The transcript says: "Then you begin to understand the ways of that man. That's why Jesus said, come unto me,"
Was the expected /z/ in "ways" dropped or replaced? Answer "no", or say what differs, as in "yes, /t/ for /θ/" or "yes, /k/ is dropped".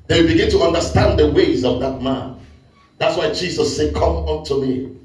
no